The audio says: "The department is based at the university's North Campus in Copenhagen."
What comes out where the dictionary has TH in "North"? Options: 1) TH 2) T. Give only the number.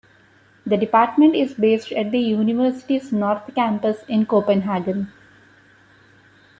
2